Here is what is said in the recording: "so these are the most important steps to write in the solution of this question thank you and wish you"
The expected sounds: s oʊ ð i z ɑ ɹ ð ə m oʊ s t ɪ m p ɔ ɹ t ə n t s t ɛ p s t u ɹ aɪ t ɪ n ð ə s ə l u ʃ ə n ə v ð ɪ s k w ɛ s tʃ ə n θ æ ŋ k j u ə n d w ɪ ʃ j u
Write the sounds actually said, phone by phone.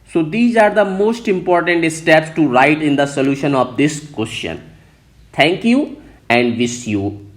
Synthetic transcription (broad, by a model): s oʊ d i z ɑ ɹ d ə m oʊ s t ɪ m p ɔ ɹ t ə n t s t ɛ p s t u ɹ aɪ t ɪ n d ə s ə l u ʃ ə n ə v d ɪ s k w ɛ s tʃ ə n t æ ŋ k j u ə n d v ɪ s j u